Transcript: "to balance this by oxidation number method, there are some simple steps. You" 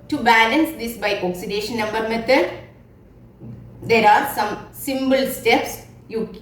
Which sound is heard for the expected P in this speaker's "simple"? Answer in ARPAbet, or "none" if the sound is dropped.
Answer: B